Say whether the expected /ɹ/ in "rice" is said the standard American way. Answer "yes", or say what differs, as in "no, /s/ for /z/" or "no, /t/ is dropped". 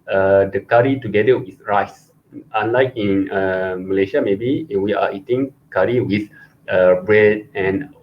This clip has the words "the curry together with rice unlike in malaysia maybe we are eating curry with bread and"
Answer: yes